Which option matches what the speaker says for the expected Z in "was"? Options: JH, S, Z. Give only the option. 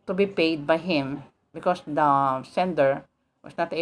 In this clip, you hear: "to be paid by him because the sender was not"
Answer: S